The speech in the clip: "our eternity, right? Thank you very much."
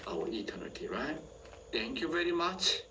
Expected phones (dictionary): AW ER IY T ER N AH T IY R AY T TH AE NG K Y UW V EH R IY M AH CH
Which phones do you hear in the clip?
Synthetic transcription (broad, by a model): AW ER IY T ER N AH T IY R AY T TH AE NG K Y UW V EH R IY M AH CH